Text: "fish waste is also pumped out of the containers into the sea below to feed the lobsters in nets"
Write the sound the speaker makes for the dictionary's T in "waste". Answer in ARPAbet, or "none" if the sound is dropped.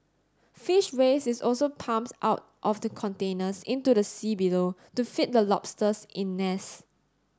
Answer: none